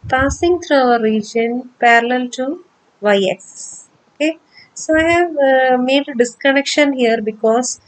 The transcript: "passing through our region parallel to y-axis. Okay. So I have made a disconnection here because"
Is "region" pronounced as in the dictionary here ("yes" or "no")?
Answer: yes